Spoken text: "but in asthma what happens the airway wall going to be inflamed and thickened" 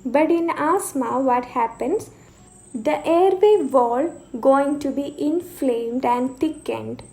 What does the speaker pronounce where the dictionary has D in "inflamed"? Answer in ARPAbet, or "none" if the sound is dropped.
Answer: D